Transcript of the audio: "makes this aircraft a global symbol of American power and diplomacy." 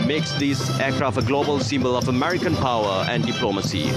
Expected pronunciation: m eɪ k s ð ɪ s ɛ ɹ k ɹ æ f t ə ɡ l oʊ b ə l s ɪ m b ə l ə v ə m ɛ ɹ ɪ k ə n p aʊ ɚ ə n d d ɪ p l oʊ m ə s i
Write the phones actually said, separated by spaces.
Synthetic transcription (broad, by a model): m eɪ k s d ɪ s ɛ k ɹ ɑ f ə ɡ l oʊ b ə l s ɪ m b ə l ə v ə m ɛ ɹ ɪ k ə n p aʊ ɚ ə n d d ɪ p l oʊ m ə s i